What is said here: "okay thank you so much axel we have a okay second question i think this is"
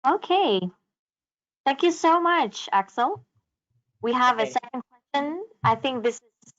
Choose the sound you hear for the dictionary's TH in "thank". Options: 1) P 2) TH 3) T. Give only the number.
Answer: 2